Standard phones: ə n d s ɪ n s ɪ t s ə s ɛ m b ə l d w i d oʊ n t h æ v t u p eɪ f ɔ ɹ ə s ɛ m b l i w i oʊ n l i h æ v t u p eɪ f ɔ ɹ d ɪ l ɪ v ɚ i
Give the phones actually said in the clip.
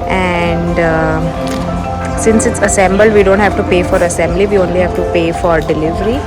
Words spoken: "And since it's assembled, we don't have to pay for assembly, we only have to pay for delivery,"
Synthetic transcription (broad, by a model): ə n d s ɪ n s ɪ t s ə s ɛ m b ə l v i d oʊ n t h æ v t u p eɪ f ɔ ɹ ə s ɛ m b l i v i oʊ n l i h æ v t u p eɪ f ɔ ɹ d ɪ l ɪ v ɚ i